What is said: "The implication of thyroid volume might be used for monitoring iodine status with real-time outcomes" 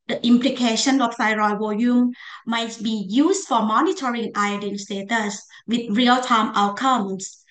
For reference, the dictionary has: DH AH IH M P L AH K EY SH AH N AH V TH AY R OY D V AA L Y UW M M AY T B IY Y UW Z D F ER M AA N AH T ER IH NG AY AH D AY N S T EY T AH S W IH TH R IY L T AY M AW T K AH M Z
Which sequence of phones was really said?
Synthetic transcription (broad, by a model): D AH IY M P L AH K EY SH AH N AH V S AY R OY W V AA Y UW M M AY T B IY Y UW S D F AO M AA N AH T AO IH NG AY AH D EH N S T EY T AH S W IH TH R IY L T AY M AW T K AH M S